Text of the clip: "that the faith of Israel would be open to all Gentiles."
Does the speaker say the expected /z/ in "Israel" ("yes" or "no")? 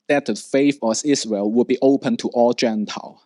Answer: no